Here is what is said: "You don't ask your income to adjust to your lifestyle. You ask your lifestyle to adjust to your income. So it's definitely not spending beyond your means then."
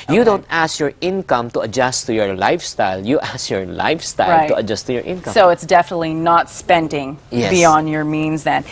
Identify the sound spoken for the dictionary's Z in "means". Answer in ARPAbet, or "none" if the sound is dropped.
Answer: Z